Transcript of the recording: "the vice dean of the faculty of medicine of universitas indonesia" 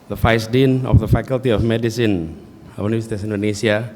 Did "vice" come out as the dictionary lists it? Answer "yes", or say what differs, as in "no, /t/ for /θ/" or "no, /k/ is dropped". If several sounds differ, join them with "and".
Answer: no, /f/ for /v/